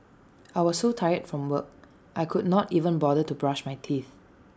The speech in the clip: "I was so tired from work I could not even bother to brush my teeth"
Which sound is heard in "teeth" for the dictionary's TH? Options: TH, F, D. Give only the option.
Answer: TH